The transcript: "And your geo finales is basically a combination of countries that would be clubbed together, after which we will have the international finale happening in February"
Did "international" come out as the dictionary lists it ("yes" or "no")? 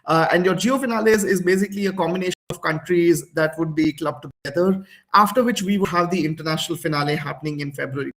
yes